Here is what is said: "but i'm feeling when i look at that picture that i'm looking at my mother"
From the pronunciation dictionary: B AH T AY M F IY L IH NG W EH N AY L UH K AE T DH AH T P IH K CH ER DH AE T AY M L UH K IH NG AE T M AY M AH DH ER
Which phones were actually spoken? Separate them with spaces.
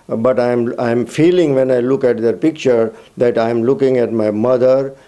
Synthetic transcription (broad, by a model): B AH T AY M F IY L IH NG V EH N AY L UH K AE T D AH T P IH K CH ER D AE T AY M L UH K IH NG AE T M AY M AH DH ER